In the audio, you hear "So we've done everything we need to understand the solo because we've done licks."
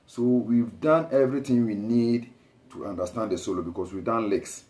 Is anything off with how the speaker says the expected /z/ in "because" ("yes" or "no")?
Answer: yes